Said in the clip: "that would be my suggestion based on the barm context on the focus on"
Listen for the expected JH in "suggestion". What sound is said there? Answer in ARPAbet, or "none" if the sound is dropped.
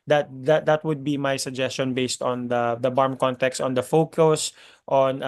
JH